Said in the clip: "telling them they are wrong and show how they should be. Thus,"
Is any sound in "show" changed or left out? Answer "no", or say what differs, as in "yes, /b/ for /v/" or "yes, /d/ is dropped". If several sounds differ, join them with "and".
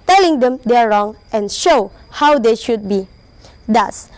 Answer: no